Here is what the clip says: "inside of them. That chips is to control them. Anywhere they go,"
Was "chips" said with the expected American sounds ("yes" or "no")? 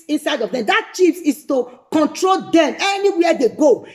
no